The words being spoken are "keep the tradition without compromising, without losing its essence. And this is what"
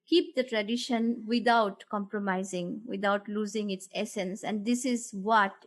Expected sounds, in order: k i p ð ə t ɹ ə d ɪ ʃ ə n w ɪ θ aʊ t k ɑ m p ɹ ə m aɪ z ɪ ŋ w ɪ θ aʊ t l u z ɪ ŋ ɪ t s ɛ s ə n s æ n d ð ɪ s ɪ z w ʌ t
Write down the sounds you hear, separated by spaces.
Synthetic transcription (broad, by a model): k i p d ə t ɹ ə d ɪ ʃ ə n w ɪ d aʊ t k ɑ m p ɹ ə m aɪ z ɪ ŋ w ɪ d aʊ t l u z ɪ ŋ ɪ t s ɛ s ə n s æ n d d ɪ s ɪ z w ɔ t